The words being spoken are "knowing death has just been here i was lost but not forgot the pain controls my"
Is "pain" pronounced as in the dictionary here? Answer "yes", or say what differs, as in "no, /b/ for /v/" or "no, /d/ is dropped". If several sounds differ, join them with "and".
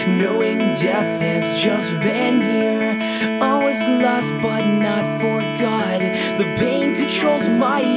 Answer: no, /b/ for /p/